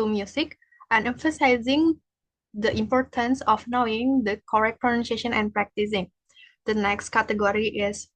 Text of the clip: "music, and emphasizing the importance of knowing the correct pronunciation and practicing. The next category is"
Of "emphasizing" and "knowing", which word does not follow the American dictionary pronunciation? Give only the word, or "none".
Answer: none